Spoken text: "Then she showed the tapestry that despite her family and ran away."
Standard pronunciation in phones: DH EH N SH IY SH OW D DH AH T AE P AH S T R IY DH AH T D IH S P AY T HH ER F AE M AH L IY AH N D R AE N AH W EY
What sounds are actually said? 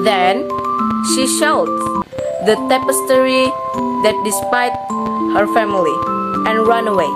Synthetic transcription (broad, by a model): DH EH N SH IY SH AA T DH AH T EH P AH S T R IY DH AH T D IH S P AY T HH ER F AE M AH L IY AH N R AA N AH W EY